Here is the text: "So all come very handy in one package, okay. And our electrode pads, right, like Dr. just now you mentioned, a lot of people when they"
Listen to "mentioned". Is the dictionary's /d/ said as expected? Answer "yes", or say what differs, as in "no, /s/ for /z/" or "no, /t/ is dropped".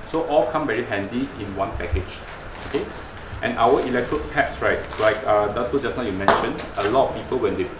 no, /d/ is dropped